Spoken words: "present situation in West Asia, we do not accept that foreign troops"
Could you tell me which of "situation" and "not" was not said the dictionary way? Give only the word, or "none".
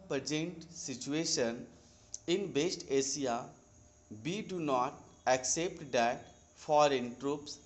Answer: none